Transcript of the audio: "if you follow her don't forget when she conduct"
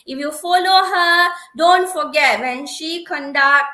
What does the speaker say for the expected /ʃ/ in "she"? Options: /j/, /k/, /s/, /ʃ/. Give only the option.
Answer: /ʃ/